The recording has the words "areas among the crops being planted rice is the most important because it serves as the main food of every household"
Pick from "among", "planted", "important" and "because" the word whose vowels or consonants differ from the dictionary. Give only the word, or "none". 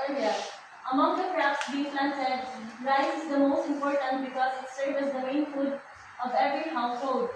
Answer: planted